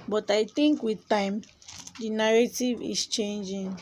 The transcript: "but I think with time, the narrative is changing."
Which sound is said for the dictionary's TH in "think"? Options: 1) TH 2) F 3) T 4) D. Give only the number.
3